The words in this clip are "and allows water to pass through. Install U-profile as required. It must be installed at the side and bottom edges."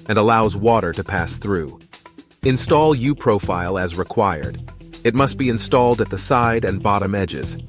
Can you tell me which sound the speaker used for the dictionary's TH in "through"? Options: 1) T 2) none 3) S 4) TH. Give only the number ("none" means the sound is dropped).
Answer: 4